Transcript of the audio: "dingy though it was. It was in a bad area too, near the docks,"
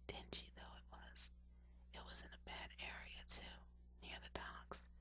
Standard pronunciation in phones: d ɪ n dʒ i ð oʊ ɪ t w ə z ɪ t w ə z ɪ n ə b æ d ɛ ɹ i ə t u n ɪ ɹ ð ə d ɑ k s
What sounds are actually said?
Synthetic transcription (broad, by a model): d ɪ n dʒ i ð oʊ ɪ t w ə z ɪ t w ə z ɪ n ə b æ d ɛ ɹ i ə t u n ɪ ɹ ð ə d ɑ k s